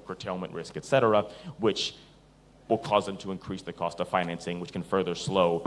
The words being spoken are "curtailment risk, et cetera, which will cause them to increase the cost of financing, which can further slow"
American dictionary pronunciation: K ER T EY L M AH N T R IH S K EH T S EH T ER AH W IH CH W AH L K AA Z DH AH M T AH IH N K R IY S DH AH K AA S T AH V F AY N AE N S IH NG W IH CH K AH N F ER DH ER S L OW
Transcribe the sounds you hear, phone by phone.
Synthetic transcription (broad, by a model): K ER T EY L M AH N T R IH S K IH T S EH T ER AH W IH CH W AH L K AA Z DH AH M T AH IH N K R IY S DH AH K AA S T AH V F AY N AE N S IH NG W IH CH K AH N F ER DH ER S L OW